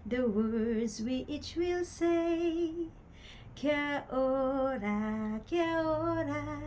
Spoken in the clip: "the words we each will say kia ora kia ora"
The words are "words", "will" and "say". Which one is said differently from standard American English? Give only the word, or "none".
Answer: none